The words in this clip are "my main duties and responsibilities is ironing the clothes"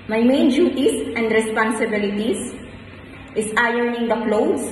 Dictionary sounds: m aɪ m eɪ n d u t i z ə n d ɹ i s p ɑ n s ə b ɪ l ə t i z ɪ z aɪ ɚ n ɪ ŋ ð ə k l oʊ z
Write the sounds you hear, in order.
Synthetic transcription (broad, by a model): m aɪ m eɪ n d u t i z ə n d ɹ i s p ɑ n s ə b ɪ l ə t i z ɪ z aɪ ɚ n ɪ ŋ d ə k l oʊ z